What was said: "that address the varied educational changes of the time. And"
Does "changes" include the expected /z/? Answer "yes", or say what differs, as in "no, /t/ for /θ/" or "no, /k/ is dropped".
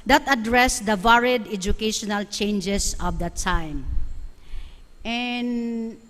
no, /s/ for /z/